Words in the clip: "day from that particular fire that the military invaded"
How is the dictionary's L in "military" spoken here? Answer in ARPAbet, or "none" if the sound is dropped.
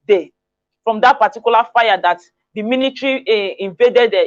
N